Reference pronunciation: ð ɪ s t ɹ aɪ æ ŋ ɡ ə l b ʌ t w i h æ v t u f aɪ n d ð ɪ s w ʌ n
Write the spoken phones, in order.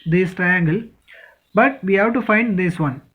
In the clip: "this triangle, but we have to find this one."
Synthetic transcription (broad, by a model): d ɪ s t ɹ aɪ æ ŋ ɡ ə l b ʌ t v i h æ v t u f aɪ n d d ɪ s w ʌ n